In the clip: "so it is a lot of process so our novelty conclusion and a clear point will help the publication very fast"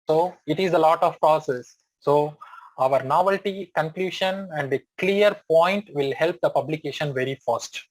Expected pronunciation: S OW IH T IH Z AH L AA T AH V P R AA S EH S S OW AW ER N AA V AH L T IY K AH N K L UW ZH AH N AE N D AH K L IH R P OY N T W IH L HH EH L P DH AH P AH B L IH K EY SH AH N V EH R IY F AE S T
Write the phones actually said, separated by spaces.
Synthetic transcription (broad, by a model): S OW IH T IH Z AH L AA T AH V P R AA S EH S S OW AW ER N AA V AH L T IY K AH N K L UW SH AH N AE N D AH K L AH R P OY N T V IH L HH EH L P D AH P AH B L IH K EY SH AH N V EH R IY F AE S T